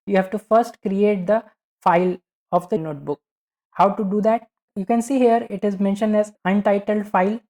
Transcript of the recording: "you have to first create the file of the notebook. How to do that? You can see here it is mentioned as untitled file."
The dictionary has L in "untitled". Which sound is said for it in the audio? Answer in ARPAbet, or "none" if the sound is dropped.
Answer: L